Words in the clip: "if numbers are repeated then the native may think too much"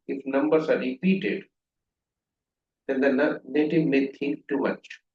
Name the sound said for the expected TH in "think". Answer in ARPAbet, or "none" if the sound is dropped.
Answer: T